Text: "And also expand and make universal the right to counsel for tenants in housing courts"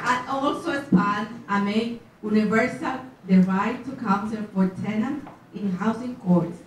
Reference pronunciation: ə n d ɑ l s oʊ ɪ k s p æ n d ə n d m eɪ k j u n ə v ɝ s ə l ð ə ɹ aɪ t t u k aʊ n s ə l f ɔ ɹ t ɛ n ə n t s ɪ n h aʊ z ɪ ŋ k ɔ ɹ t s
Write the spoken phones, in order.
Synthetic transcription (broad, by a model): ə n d ɑ l s oʊ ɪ s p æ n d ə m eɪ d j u n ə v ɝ s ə l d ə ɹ aɪ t t u k aʊ n s ə l f ɔ ɹ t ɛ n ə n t ɪ n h aʊ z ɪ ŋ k ɔ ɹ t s